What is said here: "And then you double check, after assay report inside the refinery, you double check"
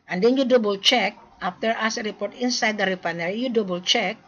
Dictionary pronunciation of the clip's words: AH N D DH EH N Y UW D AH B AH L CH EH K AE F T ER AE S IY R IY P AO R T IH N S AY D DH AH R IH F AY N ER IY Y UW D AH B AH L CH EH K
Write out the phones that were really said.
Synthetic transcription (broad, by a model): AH N D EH N Y UW D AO B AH L CH EH K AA F T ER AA S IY R IY P AO R T IH N S AY D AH R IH P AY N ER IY Y UW D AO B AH L CH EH K